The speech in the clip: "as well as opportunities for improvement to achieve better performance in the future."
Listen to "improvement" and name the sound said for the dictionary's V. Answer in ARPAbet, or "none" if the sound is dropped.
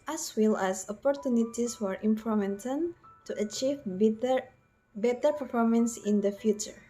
none